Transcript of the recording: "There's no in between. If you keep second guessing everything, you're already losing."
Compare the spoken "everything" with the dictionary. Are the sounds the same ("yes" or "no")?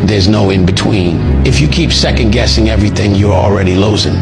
yes